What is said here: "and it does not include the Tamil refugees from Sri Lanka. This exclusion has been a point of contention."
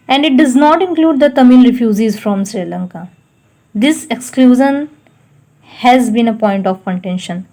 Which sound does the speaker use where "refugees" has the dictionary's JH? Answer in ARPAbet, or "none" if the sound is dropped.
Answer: Z